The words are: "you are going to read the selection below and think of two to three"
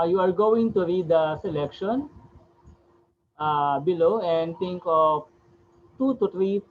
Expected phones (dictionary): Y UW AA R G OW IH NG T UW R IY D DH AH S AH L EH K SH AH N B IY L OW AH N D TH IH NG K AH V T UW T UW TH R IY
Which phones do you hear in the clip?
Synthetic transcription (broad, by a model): Y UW AA R G OW IH NG T UW R IY D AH S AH L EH K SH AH N B IY L OW AH N D T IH NG K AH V T UW T UW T R IY